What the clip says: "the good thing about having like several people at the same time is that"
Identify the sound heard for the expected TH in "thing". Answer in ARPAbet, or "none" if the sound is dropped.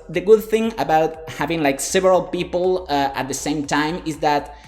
TH